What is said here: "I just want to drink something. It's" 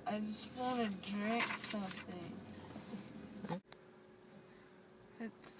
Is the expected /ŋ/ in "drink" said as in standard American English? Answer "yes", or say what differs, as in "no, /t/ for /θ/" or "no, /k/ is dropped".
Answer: no, /ŋ/ is dropped